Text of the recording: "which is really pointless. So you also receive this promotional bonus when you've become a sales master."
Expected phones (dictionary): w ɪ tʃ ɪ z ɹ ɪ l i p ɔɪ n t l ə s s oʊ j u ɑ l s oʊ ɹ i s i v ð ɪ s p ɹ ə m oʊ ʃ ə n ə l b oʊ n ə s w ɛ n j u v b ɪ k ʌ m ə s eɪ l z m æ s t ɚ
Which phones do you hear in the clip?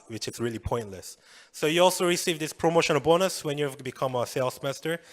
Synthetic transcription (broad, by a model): w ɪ tʃ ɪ s ɹ ɪ l i p ɔɪ n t l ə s s oʊ j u ɑ l s oʊ ɹ i s i v ð ɪ s p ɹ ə m oʊ ʃ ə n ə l b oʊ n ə s w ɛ n j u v b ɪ k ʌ m ə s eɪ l s m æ s t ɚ